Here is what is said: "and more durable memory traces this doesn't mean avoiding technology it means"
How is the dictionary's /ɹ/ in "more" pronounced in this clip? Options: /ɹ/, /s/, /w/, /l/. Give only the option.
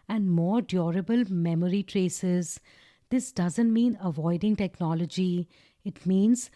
/ɹ/